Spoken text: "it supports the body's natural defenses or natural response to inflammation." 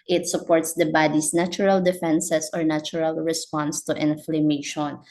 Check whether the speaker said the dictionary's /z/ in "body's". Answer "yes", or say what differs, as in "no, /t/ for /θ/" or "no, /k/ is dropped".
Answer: no, /s/ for /z/